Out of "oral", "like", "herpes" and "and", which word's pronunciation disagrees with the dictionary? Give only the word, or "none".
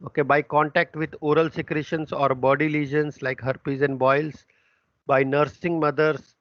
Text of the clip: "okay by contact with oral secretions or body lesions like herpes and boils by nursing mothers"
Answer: none